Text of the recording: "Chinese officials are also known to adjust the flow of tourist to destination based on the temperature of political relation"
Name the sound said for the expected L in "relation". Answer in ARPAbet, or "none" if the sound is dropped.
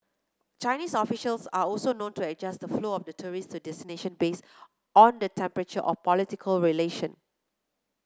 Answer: L